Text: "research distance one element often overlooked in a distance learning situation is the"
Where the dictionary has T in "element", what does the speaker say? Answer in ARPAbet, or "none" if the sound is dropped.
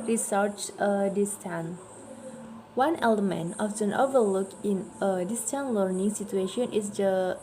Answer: none